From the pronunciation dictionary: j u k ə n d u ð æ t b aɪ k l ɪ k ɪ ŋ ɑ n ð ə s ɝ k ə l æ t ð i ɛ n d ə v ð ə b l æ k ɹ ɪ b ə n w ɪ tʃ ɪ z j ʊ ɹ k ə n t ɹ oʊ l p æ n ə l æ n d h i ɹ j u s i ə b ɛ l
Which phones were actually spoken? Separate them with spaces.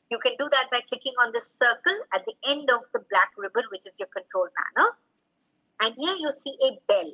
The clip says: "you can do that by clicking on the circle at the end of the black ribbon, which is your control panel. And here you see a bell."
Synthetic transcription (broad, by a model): j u k ə n d u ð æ t b aɪ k ɪ k ɪ ŋ ɑ n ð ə s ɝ k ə l æ t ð i ɛ n d ə v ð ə b l æ k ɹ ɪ b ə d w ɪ tʃ ɪ z j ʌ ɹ k ə n t ɹ oʊ l p æ n ə l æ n d h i ɹ j u s i ə b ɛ l